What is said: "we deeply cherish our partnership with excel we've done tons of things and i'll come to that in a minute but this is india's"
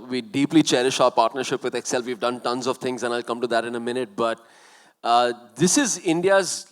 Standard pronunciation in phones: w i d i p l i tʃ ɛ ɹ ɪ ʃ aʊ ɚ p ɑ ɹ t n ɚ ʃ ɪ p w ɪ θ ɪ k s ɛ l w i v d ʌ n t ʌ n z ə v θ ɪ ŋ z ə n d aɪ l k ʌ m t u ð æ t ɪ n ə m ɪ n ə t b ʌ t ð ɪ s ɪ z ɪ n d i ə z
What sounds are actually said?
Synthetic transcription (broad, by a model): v i d i p l i tʃ ɛ ɹ ɪ ʃ aʊ ɚ p ɑ ɹ t n ɚ ʃ ɪ p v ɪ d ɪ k s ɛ l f i v d ʌ n t ʌ n z ə v t ɪ ŋ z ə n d aɪ l k ʌ m t u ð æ t ɪ n ə m ɪ n ə t b ʌ t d ɪ s ɪ z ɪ n d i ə z